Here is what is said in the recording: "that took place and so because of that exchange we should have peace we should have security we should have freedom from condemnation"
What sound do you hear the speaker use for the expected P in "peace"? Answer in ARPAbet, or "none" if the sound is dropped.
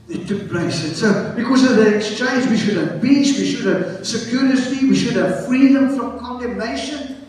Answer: B